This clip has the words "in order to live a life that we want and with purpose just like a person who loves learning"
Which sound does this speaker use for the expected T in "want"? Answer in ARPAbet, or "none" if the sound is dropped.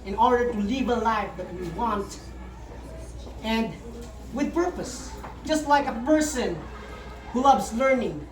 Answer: T